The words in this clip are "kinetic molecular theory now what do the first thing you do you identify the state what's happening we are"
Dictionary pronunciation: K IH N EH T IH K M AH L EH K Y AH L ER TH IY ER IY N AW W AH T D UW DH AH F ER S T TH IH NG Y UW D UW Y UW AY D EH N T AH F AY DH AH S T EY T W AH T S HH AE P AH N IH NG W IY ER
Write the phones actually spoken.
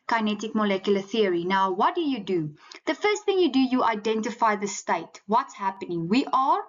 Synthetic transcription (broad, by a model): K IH N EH T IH K M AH L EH K Y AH L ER TH IY ER IY N AW W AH T D UW DH AH F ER S T TH IH NG Y UW D UW Y UW AY D EH N T AH F AY DH AH S T EY T W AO T S HH AE P AH N IH NG W IY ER